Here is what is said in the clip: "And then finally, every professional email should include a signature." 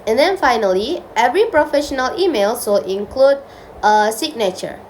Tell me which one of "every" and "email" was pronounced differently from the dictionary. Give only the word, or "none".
none